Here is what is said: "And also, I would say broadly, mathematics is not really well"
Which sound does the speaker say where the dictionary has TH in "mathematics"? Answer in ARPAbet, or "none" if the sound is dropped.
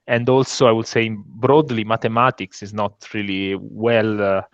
T